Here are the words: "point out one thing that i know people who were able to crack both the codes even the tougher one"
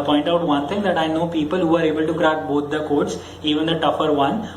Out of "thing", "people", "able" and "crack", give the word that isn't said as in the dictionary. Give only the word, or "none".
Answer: thing